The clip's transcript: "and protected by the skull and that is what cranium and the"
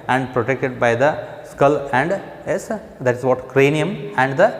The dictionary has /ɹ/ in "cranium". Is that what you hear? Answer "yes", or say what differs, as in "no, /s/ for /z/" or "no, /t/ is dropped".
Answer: yes